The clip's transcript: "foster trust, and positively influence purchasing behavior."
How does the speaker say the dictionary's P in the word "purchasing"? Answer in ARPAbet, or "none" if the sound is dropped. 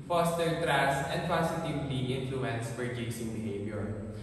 F